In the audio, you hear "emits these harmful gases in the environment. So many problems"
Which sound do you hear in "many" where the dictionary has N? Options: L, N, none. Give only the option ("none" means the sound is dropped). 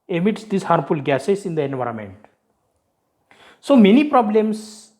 N